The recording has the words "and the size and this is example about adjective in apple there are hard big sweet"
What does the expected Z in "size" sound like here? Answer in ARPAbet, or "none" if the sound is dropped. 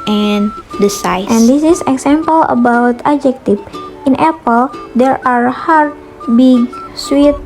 none